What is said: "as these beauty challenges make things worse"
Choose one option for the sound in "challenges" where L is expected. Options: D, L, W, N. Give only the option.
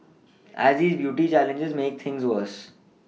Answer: L